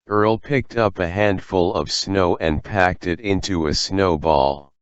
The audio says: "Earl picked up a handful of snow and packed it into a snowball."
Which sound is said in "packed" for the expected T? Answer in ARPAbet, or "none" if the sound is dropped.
T